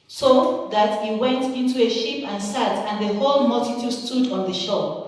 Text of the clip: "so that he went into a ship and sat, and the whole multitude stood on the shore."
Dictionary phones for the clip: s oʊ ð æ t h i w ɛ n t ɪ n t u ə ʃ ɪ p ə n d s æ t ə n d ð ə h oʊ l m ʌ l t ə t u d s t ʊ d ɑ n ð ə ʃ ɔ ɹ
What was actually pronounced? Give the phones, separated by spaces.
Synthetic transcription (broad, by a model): s oʊ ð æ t h i w ɛ n t ɪ n t u ə ʃ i p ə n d s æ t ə n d ð ə h oʊ l m ʌ l t ə t u d s t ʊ d ɑ n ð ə ʃ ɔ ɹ